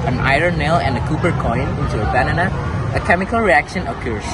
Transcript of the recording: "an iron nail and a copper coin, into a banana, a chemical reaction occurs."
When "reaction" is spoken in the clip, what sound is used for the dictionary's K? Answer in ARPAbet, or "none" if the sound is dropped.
K